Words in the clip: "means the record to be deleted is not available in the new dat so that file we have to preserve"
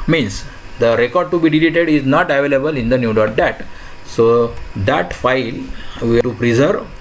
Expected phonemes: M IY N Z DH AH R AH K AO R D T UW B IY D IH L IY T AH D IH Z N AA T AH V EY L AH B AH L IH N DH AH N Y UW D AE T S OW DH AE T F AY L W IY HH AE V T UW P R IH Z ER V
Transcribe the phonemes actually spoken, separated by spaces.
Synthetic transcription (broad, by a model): M IY N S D AH R AH K AO R D T UW B IY D IH L IY T AH D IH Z N AA T AH V EY L AH B AH L IH N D AH N Y UW D AE T S OW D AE T F AY L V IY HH T UW P R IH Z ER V